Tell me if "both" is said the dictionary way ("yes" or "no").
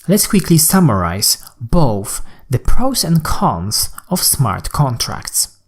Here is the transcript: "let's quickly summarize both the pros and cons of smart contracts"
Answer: yes